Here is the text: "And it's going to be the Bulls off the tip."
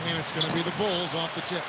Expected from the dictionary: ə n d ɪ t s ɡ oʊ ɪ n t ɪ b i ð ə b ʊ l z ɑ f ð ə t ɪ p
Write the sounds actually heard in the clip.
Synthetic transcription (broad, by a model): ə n ɪ t s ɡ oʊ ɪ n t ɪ b i ð ə b ʊ l z ɑ f ð ə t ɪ